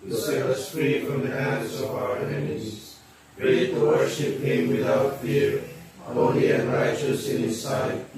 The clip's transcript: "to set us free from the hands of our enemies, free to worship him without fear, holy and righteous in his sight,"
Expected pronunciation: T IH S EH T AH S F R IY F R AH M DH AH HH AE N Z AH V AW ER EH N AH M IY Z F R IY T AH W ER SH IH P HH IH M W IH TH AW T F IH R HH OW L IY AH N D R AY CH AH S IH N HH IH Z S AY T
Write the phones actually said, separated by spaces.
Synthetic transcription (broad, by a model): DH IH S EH AH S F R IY F R AH M DH AH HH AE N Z AH V AW ER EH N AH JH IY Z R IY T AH W ER SH IH P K IH M W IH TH AW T F IH R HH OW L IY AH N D R AY CH AH S IH N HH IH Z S AY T